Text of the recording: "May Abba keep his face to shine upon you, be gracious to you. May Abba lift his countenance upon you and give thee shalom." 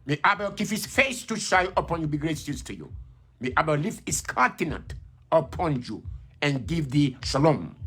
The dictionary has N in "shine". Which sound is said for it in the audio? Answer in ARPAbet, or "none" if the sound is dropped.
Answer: none